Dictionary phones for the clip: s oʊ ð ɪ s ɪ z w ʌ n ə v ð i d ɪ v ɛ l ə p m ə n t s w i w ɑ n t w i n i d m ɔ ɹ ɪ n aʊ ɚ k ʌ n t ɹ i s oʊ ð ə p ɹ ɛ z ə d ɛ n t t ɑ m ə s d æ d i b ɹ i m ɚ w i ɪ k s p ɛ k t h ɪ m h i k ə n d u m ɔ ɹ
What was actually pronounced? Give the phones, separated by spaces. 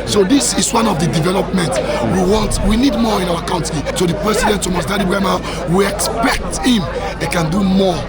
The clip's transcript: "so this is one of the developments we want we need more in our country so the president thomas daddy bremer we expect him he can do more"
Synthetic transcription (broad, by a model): s oʊ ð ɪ s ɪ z w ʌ n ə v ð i d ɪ v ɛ l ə p m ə n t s w i w ɑ n t w i n i d m ɔ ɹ ɪ n aʊ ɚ k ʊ n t i s oʊ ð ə p ɹ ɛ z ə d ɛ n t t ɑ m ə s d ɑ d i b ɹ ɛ m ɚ w i ɪ k s p ɛ k t h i m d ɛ k ə n d u m ɔ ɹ